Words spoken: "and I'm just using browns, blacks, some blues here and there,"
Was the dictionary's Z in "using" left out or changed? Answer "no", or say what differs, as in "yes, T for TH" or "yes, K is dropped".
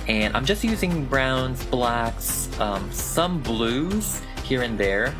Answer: no